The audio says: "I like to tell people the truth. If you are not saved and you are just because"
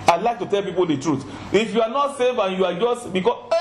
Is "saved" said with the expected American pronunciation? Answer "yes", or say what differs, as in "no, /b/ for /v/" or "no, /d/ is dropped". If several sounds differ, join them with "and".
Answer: no, /d/ is dropped